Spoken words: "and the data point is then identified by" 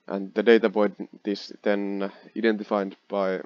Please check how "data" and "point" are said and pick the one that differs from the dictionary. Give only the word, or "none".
point